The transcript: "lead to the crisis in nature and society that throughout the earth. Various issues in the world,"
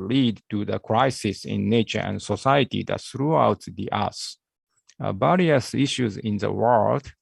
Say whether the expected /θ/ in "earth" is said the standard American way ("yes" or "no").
no